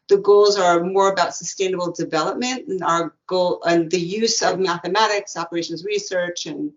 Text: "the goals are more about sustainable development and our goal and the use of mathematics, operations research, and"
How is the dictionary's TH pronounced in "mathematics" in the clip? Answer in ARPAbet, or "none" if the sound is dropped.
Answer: TH